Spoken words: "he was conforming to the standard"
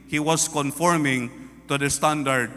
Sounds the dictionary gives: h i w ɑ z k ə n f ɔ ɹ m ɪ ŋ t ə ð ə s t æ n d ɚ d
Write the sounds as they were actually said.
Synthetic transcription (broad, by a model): h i w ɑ s k ə n f ɔ ɹ m ɪ ŋ t ə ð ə s t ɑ n d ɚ d